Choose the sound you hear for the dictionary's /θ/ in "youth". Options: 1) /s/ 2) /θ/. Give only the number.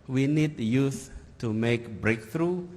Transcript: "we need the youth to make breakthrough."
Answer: 1